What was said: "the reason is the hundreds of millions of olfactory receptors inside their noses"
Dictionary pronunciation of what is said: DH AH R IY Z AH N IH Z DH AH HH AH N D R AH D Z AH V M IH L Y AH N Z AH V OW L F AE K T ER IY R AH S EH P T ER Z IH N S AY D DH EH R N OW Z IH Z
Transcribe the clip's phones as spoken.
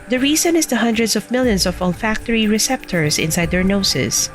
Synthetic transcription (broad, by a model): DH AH R IY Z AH N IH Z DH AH HH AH N D R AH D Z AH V M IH L Y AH N S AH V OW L F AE K T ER IY R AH S EH P T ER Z IH N S AY D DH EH R N OW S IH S